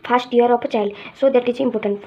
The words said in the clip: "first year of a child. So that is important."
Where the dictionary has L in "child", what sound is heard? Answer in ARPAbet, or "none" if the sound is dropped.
L